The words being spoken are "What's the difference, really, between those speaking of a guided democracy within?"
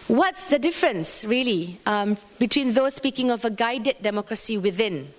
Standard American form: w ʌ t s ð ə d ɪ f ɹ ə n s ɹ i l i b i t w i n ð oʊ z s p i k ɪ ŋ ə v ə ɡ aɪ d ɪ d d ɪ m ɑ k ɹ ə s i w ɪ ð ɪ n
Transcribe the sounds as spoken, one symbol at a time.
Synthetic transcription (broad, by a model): w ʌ t s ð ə d ɪ f ɹ ə n s ɹ i l i b i t w i n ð oʊ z s p i k ɪ ŋ ə v ə ɡ aɪ d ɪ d d ɪ m ɑ k ɹ ə s i w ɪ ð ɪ n